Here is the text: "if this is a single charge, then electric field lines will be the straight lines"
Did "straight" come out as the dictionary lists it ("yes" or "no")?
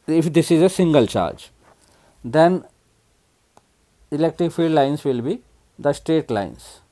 yes